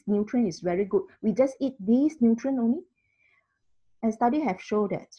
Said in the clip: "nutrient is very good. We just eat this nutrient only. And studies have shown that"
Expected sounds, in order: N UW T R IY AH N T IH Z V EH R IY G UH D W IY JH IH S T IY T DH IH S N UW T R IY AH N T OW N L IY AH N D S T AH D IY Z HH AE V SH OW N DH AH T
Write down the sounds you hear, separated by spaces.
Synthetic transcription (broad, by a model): N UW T R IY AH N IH S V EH R IY G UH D W IY JH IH S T IY T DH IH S N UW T R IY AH N OW N L IY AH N S T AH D IY HH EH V SH OW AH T